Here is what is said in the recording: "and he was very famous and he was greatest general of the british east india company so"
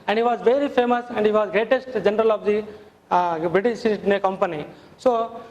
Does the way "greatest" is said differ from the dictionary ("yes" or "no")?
no